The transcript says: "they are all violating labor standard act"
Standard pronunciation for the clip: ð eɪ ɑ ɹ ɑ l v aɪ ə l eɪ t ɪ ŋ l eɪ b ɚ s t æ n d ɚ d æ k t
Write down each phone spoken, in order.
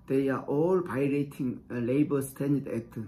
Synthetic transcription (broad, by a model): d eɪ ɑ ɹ ɑ l b aɪ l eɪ t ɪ ŋ l eɪ b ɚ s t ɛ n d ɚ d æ k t